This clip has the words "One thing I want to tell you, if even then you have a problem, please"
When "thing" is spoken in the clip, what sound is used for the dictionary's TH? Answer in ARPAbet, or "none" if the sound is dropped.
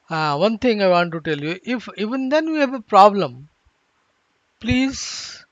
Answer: T